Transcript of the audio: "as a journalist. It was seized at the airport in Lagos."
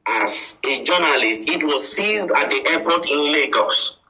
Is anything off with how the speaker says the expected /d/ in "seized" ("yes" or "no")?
no